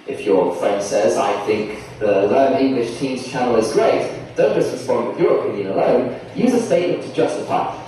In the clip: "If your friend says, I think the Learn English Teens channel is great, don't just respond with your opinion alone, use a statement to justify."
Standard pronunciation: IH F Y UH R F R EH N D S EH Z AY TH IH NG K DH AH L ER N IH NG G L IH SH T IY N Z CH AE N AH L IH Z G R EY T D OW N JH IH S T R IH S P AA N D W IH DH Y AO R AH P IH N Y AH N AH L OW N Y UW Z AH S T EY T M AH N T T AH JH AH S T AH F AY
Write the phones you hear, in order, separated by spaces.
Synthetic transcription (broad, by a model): IH F Y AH R F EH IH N S EH Z AY TH IH NG K DH AH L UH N IH NG G L IH SH T IY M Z CH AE N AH L IH Z G R EY T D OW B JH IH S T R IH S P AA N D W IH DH Y AO R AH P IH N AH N AH L OW N Y UW Z AH S T EY T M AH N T T AH JH AH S T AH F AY